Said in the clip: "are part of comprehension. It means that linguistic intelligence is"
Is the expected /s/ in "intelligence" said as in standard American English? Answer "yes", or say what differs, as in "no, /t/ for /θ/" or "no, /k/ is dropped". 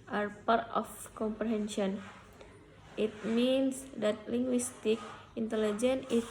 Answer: no, /s/ is dropped